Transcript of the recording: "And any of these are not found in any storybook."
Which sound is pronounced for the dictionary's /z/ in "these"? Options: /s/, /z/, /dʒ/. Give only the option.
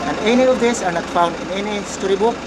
/s/